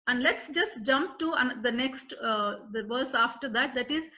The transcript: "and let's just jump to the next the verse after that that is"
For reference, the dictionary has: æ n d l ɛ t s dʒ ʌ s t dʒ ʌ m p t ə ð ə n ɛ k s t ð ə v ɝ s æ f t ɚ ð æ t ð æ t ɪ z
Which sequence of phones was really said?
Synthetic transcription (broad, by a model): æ n d l ɛ t s dʒ ʌ s t dʒ ʌ m p t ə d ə n ɛ k s t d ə v ɝ s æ f t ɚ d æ t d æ t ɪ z